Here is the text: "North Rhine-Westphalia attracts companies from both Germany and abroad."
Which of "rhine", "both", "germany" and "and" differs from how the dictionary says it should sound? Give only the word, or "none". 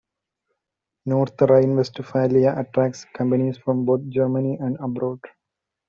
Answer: both